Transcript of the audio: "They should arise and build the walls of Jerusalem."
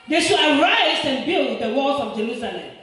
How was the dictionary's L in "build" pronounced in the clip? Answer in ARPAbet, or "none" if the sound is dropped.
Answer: L